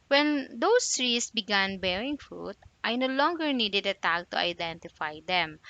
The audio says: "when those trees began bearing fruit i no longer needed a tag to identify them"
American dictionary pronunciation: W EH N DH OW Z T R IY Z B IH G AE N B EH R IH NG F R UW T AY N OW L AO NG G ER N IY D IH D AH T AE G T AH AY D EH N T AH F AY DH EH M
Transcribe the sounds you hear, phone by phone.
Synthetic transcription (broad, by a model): W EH N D OW S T R IY S B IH G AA N B EH R IH NG F R UW T AY N OW L AO NG G ER N IY D IH D AH T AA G T AH AY D EH N T AH F AY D EH M